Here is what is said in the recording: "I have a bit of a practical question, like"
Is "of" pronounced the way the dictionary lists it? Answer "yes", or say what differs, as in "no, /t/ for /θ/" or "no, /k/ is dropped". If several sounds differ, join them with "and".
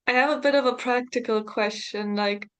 yes